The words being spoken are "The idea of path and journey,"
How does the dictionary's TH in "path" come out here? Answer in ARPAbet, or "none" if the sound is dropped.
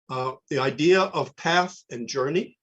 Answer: TH